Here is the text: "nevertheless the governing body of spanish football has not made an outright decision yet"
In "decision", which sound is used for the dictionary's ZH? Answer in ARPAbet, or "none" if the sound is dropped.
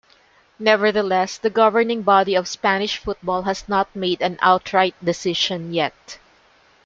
SH